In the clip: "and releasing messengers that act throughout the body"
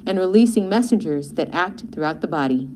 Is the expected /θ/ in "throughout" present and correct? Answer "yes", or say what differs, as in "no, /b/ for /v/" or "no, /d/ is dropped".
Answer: yes